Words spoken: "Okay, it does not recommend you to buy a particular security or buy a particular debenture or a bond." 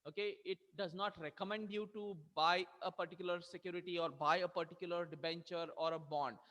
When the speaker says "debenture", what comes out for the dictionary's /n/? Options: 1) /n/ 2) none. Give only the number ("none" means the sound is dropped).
1